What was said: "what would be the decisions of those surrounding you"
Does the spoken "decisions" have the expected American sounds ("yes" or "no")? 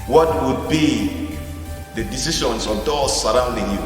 no